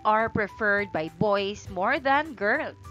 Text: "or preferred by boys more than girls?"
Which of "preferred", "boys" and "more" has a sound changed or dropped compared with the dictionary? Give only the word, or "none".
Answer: boys